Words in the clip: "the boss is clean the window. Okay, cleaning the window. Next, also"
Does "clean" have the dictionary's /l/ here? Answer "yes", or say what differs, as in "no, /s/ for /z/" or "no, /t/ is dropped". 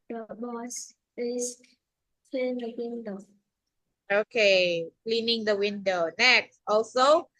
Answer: no, /l/ is dropped